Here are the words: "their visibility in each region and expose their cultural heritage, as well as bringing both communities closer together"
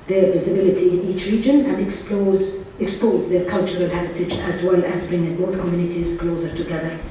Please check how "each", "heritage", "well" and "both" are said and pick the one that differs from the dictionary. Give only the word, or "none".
none